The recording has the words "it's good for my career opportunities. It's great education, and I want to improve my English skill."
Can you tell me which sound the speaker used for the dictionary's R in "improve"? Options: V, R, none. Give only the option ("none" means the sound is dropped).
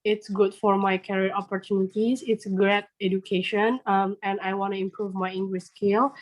R